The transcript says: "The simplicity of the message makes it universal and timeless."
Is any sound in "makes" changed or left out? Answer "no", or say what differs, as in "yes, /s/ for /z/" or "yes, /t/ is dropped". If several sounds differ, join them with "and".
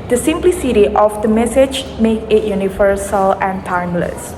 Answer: yes, /s/ is dropped